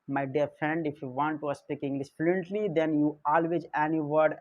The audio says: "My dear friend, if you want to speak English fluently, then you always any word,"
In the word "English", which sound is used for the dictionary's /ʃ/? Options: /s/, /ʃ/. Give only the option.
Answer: /s/